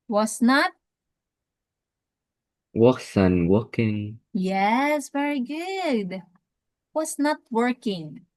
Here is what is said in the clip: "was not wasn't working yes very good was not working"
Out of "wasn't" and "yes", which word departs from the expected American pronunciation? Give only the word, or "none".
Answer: wasn't